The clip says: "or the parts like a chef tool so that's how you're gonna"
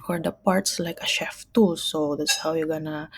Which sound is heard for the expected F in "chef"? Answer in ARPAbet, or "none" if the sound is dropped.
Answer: F